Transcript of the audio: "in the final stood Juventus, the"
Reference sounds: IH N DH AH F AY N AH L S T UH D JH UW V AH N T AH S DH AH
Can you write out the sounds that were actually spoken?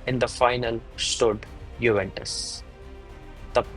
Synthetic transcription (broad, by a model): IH N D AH F AY N AH L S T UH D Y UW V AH N T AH S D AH